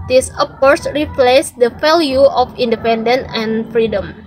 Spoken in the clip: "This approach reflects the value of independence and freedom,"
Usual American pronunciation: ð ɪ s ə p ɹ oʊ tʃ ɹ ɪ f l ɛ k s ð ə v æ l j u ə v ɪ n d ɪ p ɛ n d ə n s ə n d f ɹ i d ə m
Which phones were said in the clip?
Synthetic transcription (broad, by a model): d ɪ s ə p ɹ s ɹ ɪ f l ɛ s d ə f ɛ l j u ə f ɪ n d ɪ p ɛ n d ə n ə n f ɹ i d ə m